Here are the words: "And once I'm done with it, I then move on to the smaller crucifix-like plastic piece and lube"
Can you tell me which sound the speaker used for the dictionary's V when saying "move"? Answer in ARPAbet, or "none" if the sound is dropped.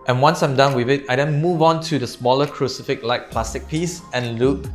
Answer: V